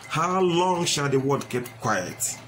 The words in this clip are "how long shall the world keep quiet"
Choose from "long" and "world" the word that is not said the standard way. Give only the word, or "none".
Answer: world